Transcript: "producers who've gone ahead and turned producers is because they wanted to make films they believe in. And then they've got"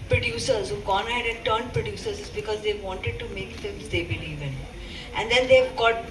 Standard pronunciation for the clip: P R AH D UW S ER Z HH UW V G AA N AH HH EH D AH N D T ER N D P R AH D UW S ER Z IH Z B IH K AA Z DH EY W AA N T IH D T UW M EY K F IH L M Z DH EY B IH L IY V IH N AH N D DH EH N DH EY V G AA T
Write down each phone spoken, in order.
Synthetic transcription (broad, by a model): P R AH D UW S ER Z HH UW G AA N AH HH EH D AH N T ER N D P R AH D UW S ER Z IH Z B IH K AA Z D EY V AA N T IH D T UW M EY K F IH M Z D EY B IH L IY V IH N AH N D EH N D EY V G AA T